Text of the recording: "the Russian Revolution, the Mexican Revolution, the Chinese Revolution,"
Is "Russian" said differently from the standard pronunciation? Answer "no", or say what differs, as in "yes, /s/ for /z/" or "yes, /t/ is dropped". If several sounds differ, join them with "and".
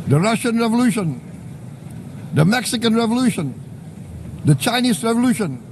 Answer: no